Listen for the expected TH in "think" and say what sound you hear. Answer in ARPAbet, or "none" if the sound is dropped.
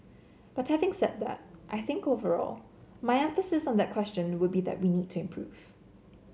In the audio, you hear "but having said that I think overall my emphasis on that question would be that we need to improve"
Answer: TH